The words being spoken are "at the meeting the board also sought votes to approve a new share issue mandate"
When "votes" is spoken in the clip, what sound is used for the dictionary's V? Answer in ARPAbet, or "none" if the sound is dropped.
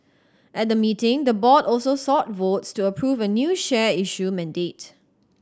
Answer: V